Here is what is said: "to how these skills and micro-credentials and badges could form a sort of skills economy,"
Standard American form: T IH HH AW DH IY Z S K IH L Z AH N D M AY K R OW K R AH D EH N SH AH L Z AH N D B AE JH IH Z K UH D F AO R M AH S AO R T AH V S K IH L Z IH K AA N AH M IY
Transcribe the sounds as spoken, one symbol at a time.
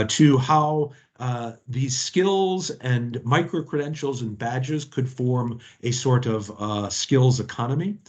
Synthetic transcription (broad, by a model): T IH HH AW DH IY Z S K IH L Z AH N M AY K R OW K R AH D EH N SH L Z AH N B AE JH IH Z K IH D F AO R M AH S AO R T AH V S K IH L Z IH K AA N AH M IY